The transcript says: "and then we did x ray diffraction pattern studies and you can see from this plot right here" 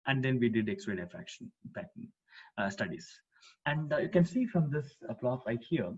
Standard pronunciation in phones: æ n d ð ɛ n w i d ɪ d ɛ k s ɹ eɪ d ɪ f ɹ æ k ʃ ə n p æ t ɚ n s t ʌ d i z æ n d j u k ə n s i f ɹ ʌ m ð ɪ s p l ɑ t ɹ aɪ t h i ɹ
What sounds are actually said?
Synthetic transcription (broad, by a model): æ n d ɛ n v i d ɪ d ɛ k s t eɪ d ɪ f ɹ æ k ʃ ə n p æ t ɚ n s t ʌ d i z æ n d j u k ə n s i f ɹ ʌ m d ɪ s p l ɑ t l aɪ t h i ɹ